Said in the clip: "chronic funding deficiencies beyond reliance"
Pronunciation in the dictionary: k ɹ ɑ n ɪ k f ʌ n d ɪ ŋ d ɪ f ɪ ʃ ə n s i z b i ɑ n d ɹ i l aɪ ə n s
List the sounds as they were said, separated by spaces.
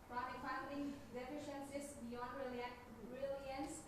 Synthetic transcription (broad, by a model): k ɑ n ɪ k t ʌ d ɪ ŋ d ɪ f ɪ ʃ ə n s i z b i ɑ n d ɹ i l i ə n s